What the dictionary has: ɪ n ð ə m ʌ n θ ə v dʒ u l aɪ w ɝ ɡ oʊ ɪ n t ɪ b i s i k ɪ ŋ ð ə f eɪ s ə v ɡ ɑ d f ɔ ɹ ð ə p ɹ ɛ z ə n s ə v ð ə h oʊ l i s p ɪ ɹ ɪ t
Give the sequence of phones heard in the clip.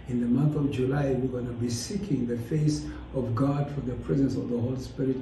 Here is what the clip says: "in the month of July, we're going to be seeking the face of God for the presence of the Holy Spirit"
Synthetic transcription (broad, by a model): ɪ n ð ə m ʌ n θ ə v dʒ u l aɪ w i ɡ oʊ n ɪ b i s i k ɪ ŋ ð ə f eɪ s ə v ɡ ɑ d f ɔ ɹ ð ə p ɹ ɛ z ə n s ə v ð ə h oʊ l i s p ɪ ɹ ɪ t